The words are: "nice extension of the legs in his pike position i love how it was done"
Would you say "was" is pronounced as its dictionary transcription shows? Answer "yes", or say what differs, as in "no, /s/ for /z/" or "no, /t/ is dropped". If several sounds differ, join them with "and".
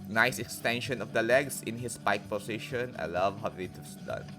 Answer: no, /s/ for /z/